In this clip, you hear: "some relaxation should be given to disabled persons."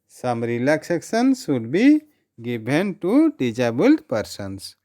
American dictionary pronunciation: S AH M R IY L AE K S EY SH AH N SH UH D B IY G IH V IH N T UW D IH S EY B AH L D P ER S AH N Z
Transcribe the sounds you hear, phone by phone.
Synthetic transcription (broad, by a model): S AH M R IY L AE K S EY S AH N S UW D B IY G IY B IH N T UW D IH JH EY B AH L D P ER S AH N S